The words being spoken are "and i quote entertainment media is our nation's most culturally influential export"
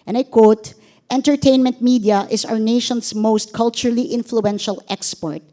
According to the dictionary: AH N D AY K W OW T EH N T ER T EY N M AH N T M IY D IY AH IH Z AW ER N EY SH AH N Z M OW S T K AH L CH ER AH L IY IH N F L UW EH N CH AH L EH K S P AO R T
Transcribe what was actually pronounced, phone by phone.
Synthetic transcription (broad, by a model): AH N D AY K W OW T EH N T ER T EY N M AH N T M IY D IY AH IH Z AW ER N EY SH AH N S M OW S T K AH L CH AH L IY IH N F L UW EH N SH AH L EH K S P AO R T